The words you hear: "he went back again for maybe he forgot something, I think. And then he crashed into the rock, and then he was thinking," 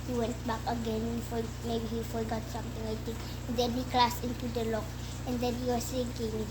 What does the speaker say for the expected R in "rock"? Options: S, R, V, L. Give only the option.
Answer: L